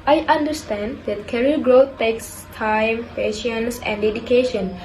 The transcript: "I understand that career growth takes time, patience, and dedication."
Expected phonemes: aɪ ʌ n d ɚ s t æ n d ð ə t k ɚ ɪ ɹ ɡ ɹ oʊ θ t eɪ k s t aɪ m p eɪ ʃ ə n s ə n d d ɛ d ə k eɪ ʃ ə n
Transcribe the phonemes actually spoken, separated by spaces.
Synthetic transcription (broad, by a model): aɪ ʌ n d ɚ s t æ n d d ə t k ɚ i l ɡ ɹ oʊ t t eɪ k s t aɪ m p eɪ ʃ ə n s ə n d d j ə k eɪ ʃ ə n